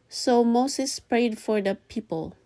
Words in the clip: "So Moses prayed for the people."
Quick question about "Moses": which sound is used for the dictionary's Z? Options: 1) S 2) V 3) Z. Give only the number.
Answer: 1